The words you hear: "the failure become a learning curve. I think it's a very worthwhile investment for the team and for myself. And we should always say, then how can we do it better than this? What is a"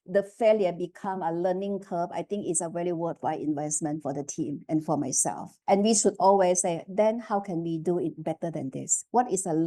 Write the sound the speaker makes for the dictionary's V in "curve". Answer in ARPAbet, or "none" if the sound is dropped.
B